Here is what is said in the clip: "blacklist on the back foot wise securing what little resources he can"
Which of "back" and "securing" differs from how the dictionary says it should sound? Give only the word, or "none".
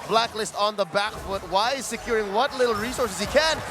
none